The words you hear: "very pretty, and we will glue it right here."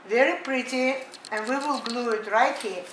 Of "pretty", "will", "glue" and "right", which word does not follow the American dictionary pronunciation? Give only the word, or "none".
none